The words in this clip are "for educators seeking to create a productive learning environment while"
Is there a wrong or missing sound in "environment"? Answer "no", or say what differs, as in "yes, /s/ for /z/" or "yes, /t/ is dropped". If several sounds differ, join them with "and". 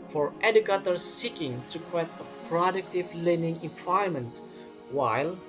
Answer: yes, /ɹ/ is dropped and /n/ is dropped